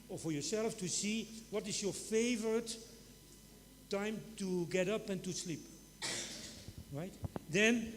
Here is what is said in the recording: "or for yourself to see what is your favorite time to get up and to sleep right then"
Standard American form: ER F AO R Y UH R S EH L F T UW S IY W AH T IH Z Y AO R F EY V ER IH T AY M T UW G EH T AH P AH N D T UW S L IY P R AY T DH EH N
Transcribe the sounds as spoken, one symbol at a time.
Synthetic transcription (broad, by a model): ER F AO R Y UH R S EH L F T UW S IY W AH T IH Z Y AO R F EY V ER IH T AY M T UW G EH T AH P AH N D T UW S L IY P R AY T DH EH N